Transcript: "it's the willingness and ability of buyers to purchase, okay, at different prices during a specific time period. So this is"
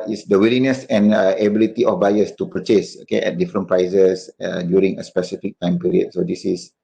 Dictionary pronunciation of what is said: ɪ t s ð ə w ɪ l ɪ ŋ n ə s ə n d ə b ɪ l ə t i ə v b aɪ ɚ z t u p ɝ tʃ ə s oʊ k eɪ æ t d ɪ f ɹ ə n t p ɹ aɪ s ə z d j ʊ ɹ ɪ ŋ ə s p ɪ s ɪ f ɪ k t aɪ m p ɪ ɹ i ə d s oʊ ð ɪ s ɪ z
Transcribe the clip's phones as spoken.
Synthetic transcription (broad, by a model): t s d ə w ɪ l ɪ n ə s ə n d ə b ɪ l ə t i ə f b aɪ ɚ s t u p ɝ tʃ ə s oʊ k eɪ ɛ t d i f ɹ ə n p ɹ aɪ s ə s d j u ɹ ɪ ŋ ə s p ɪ s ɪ f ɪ k t aɪ m p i ɹ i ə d s oʊ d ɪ s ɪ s